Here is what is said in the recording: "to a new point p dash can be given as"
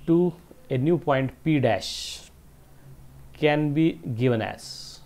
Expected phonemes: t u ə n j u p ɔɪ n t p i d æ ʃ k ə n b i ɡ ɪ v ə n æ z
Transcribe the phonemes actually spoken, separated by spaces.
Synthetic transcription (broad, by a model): t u ə n j u p ɔɪ n t p i d æ ʃ k ə n b i ɡ ɪ v ə n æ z